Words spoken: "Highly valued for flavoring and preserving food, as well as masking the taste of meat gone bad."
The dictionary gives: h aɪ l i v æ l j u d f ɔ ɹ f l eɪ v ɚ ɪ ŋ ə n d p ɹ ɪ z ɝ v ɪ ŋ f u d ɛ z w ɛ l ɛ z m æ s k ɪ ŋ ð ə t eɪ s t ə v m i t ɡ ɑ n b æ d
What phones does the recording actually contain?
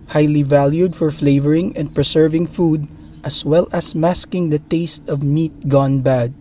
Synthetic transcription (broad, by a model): h aɪ l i v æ l j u d f ɔ ɹ f l eɪ v ɚ ɪ ŋ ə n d p ɹ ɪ s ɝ v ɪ ŋ f u d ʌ s w ɛ l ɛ s m æ s k ɪ ŋ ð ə t eɪ s t ə v m i t ɡ ɑ n b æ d